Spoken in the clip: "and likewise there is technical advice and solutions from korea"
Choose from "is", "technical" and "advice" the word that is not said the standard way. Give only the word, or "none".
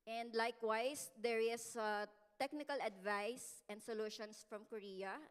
is